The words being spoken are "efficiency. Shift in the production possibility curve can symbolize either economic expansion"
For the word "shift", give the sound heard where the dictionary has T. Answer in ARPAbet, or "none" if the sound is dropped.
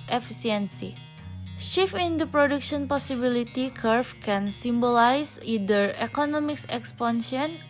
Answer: none